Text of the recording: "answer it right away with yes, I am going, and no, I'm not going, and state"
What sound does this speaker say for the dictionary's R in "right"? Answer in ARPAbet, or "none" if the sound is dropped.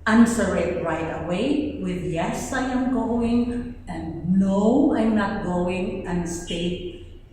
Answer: R